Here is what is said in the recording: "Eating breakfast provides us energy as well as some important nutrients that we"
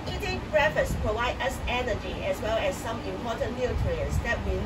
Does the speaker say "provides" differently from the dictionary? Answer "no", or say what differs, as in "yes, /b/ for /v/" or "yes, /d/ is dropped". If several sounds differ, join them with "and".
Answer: yes, /z/ is dropped